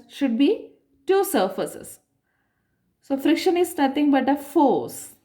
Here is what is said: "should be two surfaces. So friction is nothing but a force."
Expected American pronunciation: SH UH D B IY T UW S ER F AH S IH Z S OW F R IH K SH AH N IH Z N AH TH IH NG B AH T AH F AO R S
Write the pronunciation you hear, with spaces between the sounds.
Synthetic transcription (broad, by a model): SH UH D B IY T UW S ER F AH S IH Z S OW F R IH K SH AH N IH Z N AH T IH NG B AH T AH F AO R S